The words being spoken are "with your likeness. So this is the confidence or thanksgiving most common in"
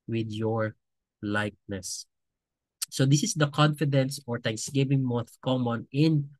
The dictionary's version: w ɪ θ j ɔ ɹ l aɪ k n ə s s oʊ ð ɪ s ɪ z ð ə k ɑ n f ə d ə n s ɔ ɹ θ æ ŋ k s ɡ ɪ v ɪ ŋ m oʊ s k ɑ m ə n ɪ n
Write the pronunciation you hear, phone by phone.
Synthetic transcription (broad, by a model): w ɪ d j ɔ ɹ l aɪ k n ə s s oʊ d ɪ s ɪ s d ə k ɑ n f ə d ə n s ɔ ɹ t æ ŋ k s ɡ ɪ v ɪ ŋ m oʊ θ k ɑ m ə n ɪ n